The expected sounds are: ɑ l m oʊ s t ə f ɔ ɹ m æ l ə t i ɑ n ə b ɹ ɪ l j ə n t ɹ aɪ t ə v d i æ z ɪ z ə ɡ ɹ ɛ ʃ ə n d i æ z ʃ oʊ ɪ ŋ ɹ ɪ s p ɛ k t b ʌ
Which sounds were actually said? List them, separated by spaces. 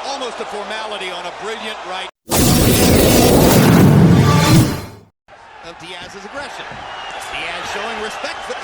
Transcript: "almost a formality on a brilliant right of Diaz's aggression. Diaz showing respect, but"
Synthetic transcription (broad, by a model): ɑ l m oʊ s t ə f ɔ ɹ m æ l ə t i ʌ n ə b ɹ ɪ l j ə n t ɹ aɪ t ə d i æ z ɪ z ə ɡ ɹ ɛ ʃ ə n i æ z ʃ oʊ ɪ ŋ ɹ ɪ s p ɛ k t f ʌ